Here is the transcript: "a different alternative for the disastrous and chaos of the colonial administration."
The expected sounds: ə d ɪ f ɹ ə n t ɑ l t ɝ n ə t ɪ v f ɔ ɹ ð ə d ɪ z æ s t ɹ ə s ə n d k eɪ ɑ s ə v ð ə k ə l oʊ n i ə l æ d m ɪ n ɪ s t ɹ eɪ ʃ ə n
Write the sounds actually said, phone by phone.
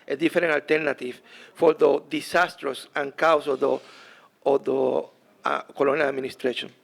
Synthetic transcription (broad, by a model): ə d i f ɹ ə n ɑ l t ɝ n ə t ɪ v f ɔ ɹ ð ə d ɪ s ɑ s t ɹ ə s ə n k ɑ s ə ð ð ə k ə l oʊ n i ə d m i n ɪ s t ɹ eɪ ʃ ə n